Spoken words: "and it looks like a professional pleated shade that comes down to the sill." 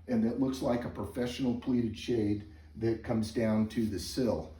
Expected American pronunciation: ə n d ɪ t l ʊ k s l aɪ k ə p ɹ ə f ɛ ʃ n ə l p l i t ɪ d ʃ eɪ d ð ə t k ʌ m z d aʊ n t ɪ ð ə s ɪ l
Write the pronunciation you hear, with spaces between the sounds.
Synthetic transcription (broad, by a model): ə n ɪ t l ʊ k s l aɪ k ə p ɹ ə f ɛ ʃ n l p l i t ɪ d ʃ eɪ d ð ə t k ʌ m z d aʊ n t ɪ ð ə s ɪ l